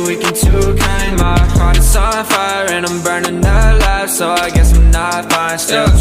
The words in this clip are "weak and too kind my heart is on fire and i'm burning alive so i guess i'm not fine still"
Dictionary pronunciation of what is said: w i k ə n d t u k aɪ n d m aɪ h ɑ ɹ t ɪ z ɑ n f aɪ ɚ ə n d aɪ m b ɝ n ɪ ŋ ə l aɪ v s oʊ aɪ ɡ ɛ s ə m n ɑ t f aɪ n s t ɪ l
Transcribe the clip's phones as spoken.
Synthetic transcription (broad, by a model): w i k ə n t u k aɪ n m aɪ h ɑ ɹ t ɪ s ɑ f aɪ ɚ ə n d aɪ m b ɝ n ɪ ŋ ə l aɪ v s oʊ aɪ ɡ ɛ s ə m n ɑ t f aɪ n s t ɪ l